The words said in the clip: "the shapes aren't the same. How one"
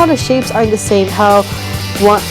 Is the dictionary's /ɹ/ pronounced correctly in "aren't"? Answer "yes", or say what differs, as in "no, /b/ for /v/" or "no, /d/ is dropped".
no, /ɹ/ is dropped